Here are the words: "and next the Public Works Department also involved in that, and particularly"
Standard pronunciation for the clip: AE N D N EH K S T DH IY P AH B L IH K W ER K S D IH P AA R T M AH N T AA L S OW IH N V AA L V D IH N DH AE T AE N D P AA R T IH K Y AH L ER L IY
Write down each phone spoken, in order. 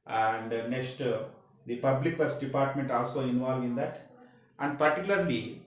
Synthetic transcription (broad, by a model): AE N D N EH K S T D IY P AH B L IH K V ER S D IH P AA R T M AH N T AA L S OW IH N V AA L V IH N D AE T AE N D P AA R T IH K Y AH L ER L IY